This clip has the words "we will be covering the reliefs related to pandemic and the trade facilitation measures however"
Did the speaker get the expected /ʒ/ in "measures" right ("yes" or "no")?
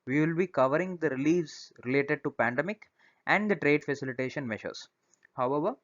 no